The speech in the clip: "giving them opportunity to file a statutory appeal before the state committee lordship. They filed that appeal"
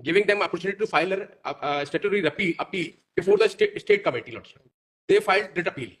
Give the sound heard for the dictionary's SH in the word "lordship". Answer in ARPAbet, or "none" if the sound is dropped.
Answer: S